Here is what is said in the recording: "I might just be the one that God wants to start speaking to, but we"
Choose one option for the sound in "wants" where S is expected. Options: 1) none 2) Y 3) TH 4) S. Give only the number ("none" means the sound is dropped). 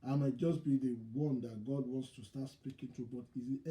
4